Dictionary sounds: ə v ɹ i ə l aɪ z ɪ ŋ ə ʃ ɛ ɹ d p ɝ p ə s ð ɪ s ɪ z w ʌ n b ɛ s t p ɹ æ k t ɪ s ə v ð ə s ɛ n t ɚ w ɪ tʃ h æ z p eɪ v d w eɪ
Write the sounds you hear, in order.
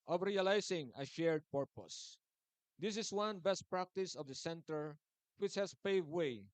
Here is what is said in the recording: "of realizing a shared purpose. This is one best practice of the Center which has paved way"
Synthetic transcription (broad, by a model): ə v ɹ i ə l aɪ s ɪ ŋ ə ʃ ɛ ɹ d p ɝ p ə s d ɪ s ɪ s w ʌ n b ɛ s t p ɹ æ k t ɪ s ə v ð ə s ɛ n t ɚ w ɪ tʃ h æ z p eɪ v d w eɪ